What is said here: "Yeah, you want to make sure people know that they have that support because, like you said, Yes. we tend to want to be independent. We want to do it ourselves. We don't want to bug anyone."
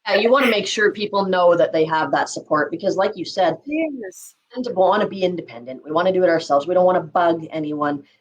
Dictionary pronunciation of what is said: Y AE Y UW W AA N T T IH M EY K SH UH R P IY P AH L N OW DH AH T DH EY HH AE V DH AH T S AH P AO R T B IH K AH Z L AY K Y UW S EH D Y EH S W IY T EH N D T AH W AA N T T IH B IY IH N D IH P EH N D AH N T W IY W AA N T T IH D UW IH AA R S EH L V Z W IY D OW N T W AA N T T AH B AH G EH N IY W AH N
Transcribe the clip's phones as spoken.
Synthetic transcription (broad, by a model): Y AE Y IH W AA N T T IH M EY K SH UH R P IY P L N OW DH AH T DH EY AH V DH AH T S AH P AO R T B IH K AH Z L AY K Y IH S EH D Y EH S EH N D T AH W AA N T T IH B IY IH N D IH P EH N D AH N T W IY W AA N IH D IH D IH AA R S EH L V Z W IY D OW N T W AA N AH B AH G EH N IY W AH N